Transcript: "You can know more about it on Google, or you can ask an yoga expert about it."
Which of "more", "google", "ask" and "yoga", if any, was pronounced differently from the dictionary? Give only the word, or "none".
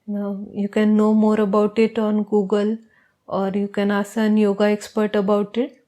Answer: ask